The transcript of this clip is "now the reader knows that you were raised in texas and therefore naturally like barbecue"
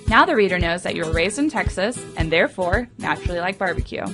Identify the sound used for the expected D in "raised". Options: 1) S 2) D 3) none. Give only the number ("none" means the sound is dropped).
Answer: 2